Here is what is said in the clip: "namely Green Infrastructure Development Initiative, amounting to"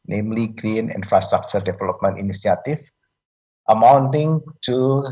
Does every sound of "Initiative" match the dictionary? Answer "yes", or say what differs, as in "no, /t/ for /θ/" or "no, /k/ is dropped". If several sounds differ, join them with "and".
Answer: no, /s/ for /ʃ/